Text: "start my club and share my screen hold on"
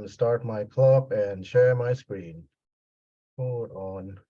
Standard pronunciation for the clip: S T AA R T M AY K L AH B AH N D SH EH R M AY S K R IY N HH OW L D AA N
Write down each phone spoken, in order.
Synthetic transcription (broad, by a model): S T AA R T M AY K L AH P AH N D SH EH R M AY S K R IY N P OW D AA N